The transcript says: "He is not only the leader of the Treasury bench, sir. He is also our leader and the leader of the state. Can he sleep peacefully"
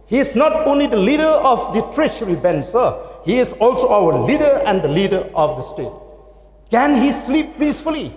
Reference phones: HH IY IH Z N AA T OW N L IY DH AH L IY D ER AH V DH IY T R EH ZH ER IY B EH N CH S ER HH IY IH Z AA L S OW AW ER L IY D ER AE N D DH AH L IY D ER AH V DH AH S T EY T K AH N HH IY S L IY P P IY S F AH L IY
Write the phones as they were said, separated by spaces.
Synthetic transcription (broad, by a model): HH IY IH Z N AA T OW N L IY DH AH L IY D ER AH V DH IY T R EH SH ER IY B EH N S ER HH IY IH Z AA L S OW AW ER L IY D ER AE N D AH L IY D ER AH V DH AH S T EY T K AH N HH IY S L IY P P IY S F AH L IY